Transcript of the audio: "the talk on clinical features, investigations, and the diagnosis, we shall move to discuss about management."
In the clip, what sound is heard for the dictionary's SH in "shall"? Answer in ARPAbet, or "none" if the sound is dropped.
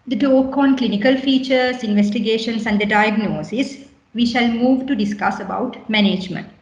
SH